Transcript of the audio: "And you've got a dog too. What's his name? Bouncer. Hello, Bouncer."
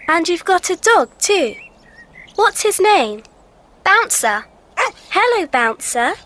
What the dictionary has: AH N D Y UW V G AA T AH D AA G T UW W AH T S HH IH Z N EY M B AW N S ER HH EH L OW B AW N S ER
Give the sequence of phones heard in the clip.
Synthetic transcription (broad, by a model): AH N Y UW V G AA T AH D AA G T UW W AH T S HH IH Z N EY M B AW N S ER HH EH L OW B AW N S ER